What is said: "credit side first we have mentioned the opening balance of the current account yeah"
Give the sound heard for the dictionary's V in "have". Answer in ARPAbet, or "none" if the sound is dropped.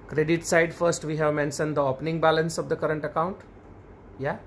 V